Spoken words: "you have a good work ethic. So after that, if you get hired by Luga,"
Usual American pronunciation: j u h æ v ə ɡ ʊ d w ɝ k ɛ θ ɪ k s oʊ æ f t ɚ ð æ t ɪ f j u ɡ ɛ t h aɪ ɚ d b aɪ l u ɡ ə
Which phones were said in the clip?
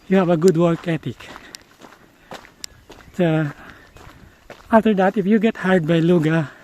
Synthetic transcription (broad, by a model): j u h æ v ə ɡ ʊ d w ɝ k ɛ t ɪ k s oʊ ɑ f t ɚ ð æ t ɪ f j u ɡ ɛ t h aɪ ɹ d b aɪ l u ɡ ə